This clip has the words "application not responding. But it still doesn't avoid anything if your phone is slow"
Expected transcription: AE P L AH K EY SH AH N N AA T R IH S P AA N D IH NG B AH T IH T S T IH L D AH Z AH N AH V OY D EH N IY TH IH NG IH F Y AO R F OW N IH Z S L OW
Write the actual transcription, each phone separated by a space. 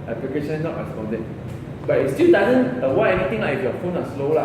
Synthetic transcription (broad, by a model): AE P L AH K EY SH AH N N AA T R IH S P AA N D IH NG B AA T IH T S T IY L D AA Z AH N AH W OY EH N IY T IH NG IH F Y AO F OW N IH S L OW